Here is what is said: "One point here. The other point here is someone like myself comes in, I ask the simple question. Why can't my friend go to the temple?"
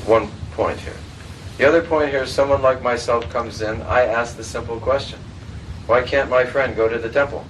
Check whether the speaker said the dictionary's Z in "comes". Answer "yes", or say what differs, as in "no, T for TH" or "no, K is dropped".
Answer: yes